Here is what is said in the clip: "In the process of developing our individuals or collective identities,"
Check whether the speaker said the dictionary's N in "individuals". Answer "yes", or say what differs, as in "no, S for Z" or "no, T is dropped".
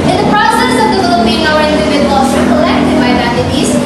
no, N is dropped